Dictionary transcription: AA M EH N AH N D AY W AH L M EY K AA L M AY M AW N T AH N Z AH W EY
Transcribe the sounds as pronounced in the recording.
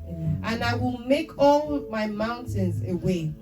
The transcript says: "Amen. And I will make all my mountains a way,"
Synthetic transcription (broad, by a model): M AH N AY W AH L M EY K AA L M AY M AW N T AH N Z AH W EY